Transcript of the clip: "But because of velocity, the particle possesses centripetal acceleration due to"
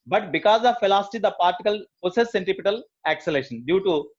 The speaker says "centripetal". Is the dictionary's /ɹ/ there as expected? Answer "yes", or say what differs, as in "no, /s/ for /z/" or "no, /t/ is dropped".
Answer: no, /ɹ/ is dropped